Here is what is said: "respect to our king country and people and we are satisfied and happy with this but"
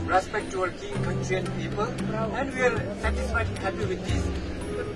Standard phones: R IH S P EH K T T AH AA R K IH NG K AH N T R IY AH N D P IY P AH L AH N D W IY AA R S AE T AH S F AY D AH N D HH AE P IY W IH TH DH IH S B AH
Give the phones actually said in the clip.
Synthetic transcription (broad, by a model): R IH S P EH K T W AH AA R K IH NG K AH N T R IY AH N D P IY P AH L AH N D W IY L S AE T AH S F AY AH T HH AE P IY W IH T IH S